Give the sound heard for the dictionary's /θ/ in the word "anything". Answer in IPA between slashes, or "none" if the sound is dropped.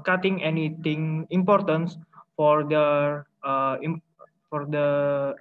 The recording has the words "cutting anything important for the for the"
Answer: /t/